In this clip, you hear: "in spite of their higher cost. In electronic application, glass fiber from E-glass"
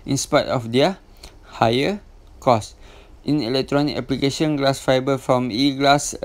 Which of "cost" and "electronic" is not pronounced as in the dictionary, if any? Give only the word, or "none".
none